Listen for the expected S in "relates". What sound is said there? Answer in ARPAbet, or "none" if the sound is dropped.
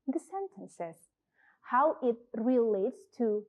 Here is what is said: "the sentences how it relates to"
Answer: S